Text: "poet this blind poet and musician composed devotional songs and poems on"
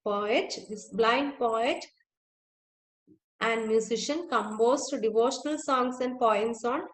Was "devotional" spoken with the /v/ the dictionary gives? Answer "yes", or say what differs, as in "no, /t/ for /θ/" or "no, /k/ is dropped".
yes